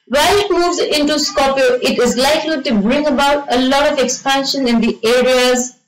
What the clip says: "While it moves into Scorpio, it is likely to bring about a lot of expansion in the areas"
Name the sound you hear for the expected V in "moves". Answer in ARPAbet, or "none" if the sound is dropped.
V